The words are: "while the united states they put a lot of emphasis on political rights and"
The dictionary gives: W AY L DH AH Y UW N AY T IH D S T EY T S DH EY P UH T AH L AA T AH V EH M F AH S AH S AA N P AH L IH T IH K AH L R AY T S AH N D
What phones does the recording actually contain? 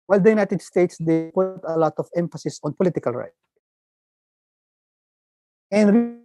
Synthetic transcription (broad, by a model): W AY L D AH Y UW N AY T IH D S T EY T S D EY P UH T AH L AA T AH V EH M F AH S AH S AA N P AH L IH T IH K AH L R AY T AH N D